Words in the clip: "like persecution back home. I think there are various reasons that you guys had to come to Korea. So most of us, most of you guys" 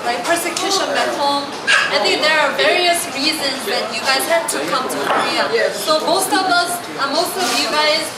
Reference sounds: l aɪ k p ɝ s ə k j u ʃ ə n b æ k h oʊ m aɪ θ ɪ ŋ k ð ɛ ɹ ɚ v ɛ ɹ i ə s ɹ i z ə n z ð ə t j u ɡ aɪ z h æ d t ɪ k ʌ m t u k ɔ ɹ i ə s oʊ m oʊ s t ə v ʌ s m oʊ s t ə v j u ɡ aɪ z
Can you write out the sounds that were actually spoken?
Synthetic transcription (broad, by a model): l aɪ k p ɝ s ə k j u ʃ ə n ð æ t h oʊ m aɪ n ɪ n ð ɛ ɹ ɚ v ɛ ɹ i ə s ɹ i z ə n z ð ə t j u ɡ aɪ z h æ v t ɪ k ʌ m t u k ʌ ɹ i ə s oʊ m oʊ s t ə v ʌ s m oʊ s t ə v j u ɡ aɪ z